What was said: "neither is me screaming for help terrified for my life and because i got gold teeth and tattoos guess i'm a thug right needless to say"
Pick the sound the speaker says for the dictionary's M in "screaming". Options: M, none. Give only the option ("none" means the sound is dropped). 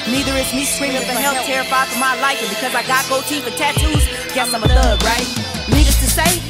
none